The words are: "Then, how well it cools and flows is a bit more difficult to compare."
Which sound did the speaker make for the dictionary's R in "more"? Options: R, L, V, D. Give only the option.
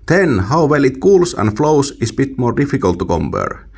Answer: R